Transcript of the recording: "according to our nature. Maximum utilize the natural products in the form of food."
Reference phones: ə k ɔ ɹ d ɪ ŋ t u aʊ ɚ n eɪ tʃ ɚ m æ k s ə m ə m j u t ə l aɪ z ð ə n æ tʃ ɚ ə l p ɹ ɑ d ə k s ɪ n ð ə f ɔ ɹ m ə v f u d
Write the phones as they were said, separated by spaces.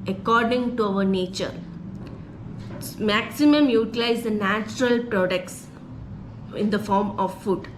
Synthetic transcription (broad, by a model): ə k ɔ ɹ d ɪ ŋ t u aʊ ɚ n eɪ tʃ ɚ m æ k s ə m ə m j u t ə l aɪ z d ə n æ tʃ ɚ ə l p ɹ ɑ d ə k s ɪ n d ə f ɔ ɹ m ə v f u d